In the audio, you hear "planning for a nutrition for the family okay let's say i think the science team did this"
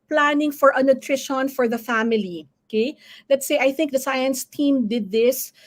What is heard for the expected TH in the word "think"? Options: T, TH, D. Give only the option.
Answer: TH